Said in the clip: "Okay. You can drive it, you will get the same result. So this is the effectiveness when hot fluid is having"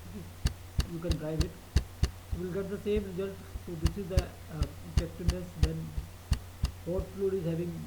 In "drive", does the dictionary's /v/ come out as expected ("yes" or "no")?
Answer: yes